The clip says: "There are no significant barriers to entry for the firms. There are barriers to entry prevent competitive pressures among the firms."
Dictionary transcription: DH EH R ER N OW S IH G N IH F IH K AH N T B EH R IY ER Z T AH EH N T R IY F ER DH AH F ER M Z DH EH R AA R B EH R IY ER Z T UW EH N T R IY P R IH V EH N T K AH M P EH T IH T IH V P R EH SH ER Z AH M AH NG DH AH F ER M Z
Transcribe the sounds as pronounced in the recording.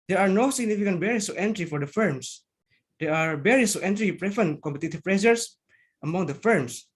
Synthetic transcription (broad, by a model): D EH R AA N OW S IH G N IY F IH K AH N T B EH R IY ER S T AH EH N T R IY F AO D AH F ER M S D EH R AA R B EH R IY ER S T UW EH N T R IY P R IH F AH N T K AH M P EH T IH T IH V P R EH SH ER S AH M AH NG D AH F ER M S